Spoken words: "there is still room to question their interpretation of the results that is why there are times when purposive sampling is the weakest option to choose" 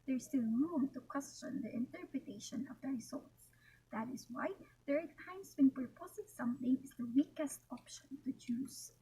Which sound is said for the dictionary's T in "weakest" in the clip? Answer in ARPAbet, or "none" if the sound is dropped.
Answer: T